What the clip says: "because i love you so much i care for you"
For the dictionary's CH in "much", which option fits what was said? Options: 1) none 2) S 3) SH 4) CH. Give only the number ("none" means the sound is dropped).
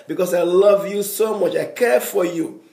4